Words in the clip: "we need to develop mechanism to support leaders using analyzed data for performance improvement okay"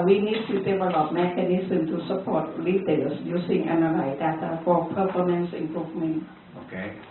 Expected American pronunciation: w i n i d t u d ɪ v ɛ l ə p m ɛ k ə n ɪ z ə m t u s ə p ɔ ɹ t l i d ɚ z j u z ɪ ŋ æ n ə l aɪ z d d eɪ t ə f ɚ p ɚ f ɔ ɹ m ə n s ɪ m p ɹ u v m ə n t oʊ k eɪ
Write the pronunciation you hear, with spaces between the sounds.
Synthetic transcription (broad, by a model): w i n i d t u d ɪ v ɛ l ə p m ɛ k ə n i s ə m t u s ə p ɔ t l i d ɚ s j u s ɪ ŋ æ n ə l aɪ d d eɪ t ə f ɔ p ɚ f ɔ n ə n s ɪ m p ɹ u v m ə n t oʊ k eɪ